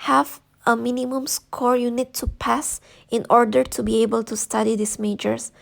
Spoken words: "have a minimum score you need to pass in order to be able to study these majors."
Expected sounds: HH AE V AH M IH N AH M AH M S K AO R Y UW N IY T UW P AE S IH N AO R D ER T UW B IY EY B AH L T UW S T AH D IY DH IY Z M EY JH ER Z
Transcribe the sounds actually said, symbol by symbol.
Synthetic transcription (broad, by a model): HH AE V AH M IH N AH M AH M S K AO R Y UW N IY T UW P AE S IH N AO R D ER T UW B IY EY B AH L T UW S T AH D IY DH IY S M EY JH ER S